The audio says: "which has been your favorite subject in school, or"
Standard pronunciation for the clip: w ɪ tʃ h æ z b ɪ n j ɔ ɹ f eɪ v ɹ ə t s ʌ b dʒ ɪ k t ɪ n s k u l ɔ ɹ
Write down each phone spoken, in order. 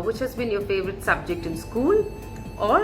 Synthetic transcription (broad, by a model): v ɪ tʃ h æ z b ɪ n j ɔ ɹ f eɪ v ɹ ə t s ʌ b dʒ ɪ k t ɪ n s k u l ɔ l